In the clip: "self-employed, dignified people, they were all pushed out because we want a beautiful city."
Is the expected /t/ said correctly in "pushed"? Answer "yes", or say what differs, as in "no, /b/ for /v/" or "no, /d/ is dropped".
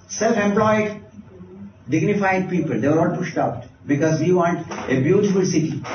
yes